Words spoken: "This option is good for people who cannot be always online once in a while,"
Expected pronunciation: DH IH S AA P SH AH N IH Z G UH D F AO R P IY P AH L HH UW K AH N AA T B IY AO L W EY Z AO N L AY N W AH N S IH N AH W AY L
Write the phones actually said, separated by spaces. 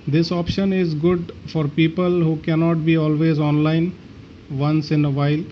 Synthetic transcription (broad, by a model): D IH S AA P SH AH N IH Z G UH D F AO R P IY P AH L HH UW K AH N AA T B IY AO L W EY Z AO N L AY N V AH N S IH N AH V AY L